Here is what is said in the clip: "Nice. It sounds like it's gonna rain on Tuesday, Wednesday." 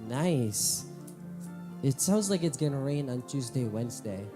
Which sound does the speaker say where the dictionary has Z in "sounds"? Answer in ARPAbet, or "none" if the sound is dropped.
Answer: Z